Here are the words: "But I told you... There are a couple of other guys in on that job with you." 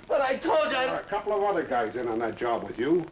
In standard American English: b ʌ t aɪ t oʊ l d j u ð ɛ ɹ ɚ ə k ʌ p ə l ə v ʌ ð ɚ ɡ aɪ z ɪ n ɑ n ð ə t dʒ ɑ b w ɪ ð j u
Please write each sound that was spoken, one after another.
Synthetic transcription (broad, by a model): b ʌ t aɪ t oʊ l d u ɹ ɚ ə k ʌ p l ə v ʌ ð ɚ ɡ aɪ z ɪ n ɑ n ð ə t dʒ ɑ b w ɪ ð j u